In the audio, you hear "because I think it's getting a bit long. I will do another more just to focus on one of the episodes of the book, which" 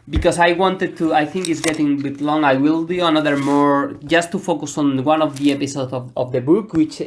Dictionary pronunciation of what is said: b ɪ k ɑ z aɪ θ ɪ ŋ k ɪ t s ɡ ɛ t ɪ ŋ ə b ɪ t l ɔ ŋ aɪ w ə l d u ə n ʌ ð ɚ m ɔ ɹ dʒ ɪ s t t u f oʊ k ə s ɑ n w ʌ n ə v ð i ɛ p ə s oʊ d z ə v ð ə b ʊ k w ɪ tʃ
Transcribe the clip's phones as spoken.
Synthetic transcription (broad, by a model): b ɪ k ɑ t aɪ θ ɪ ŋ k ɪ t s ɡ ɛ t ɪ ŋ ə b ɪ t l ɔ ŋ aɪ w ə l d u ə n ʌ ð ɚ m ɔ ɹ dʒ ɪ s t t u f oʊ k ə s ɑ n w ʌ n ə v ð i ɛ p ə s oʊ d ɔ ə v ð ə b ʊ k w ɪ tʃ